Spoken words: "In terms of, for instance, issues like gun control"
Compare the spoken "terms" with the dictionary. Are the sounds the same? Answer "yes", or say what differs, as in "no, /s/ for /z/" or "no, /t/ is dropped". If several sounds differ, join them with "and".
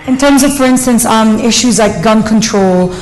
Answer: yes